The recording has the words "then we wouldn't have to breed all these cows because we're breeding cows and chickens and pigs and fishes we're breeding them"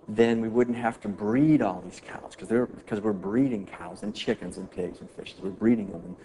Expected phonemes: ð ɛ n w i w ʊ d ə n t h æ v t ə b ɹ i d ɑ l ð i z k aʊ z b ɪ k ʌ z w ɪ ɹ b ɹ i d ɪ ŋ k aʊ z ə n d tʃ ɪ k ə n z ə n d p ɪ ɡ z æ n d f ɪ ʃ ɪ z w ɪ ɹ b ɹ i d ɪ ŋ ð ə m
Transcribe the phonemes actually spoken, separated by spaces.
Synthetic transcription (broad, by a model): ð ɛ n w i w ʊ d n t h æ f t ə b ɹ i d ɑ l ð i z k aʊ z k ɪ k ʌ z w ɪ ɹ b ɹ i d ɪ ŋ k aʊ z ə n tʃ ɪ k ə n z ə n p ɪ ɡ z n f ɪ ʃ ɪ z w ɪ ɹ b ɹ i d ɪ ŋ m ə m